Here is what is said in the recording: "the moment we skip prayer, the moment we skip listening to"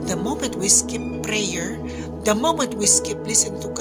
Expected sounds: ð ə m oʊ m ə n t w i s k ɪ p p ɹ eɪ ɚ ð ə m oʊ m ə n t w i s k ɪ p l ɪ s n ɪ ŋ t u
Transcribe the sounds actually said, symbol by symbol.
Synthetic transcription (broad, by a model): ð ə m oʊ m ə n t w i s k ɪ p p ɹ eɪ ɚ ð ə m oʊ m ə n t w i s k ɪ p l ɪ s ɪ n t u